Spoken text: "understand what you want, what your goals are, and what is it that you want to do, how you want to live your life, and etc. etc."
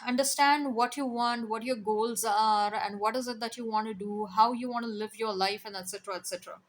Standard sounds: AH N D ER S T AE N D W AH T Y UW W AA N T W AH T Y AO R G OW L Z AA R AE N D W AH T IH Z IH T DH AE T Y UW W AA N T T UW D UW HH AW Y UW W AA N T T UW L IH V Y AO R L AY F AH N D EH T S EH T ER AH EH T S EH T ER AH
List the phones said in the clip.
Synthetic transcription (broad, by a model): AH N D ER S T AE N D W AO T Y UW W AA N T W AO T Y AO R G OW L Z AA R AE N D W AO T IH Z IH T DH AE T Y UW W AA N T T UW D UW HH AW Y UW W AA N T T UW L IH V Y AO R L AY F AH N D EH T S EH T ER AH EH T S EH T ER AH